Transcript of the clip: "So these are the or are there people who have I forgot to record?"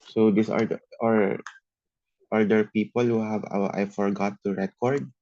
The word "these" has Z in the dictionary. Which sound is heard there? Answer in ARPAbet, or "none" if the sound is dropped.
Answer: S